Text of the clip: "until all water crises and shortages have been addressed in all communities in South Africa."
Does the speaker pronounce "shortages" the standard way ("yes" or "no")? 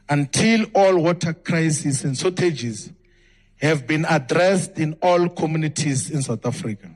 no